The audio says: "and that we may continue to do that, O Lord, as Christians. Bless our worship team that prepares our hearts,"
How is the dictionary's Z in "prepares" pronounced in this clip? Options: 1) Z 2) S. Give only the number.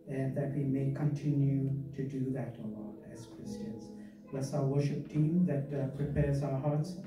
1